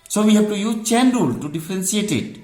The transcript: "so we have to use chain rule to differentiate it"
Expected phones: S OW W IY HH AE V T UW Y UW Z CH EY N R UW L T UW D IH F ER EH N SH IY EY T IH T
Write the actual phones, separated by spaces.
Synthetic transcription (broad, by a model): S OW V IY HH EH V T UW Y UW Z CH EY N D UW L T UW D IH F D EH N S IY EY T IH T